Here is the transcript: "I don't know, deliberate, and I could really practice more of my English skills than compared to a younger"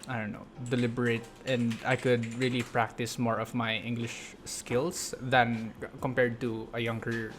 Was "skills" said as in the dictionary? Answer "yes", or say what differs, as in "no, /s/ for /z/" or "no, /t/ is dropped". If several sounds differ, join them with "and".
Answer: no, /s/ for /z/